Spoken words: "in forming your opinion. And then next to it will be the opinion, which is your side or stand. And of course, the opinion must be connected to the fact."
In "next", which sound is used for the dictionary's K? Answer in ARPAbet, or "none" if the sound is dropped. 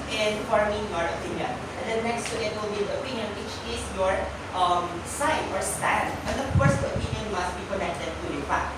K